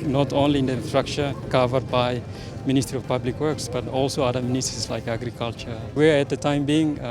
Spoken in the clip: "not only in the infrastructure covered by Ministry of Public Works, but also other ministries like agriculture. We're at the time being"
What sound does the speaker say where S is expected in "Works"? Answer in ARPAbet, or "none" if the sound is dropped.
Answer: S